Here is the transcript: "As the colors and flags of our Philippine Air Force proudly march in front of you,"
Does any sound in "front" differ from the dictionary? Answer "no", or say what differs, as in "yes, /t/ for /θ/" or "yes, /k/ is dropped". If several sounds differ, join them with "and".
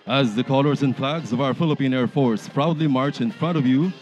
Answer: no